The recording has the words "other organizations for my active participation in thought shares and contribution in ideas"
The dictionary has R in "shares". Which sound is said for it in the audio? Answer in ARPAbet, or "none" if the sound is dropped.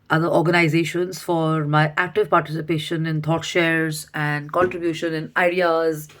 R